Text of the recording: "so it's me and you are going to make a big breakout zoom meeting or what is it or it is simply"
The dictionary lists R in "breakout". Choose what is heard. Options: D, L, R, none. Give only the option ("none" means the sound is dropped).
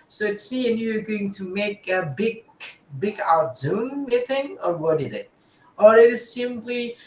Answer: none